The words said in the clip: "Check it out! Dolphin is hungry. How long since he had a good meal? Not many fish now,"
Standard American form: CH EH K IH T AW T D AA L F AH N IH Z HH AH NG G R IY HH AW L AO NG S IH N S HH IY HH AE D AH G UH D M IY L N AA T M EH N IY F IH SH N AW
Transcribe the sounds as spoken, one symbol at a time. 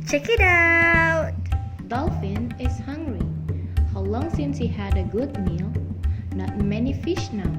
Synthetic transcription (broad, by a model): CH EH K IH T AW T D AA L F AH N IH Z HH AH NG G R IY HH AW L AO NG S IH N S HH IY HH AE D AH G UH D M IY L N AA T M EH N IY F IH SH N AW